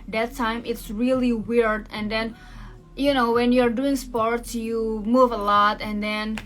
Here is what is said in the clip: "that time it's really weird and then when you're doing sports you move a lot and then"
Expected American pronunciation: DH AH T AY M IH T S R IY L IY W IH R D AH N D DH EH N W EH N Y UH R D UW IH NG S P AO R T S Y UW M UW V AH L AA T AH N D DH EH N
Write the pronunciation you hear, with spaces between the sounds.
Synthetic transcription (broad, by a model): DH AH T AY M IH T S R IY L IY W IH R D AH N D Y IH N W EH N Y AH R D UW IH NG S P AO R T S Y UW M UW V AH L AA T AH N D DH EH N